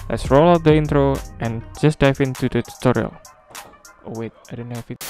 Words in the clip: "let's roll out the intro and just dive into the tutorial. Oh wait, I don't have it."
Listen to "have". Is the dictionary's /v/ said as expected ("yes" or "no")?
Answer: no